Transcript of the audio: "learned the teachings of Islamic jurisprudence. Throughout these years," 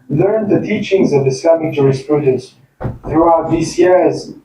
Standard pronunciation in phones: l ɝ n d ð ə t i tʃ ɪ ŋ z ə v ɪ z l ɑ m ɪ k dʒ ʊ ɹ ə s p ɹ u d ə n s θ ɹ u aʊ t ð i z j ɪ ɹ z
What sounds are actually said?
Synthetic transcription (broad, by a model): l ɝ n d ð ə t i tʃ ɪ ŋ z ə v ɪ s l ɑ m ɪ k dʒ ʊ ɹ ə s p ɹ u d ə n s θ ɹ u aʊ t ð i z j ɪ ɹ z